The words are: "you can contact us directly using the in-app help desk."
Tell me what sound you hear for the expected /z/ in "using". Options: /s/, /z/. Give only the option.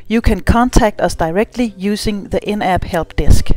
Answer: /s/